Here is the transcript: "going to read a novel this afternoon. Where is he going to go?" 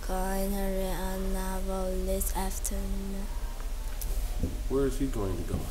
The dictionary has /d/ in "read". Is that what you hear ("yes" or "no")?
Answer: no